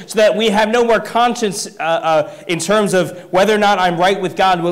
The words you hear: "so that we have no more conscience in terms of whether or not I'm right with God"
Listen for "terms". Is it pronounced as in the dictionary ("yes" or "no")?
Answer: yes